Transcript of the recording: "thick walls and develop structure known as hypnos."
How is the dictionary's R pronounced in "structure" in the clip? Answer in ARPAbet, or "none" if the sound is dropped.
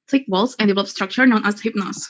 R